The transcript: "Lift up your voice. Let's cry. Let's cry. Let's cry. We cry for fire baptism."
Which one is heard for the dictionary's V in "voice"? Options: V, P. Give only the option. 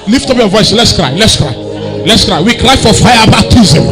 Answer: V